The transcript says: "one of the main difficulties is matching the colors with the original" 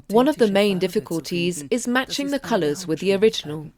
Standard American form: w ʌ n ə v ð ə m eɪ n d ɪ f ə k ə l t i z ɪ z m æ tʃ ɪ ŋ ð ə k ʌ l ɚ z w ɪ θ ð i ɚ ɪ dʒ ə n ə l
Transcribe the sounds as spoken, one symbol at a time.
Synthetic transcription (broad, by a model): w ʌ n ə v ð ə m eɪ n d ɪ f ə k ə l t i z ɪ z m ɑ tʃ ɪ ŋ ð ə k ʌ l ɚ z w ɪ ð i ɚ ɪ dʒ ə n ə l